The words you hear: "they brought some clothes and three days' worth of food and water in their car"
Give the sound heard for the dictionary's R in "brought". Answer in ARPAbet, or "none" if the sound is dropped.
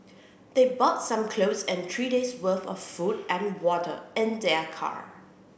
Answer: none